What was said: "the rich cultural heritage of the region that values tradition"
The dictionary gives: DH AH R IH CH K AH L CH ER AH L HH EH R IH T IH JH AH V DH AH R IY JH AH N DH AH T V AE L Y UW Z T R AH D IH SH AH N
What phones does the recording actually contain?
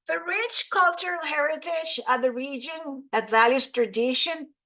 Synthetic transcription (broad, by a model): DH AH R IH CH K AH L CH ER AH L HH EH R IH T IH JH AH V DH AH R IY JH AH N DH AH T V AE L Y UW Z T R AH D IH SH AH N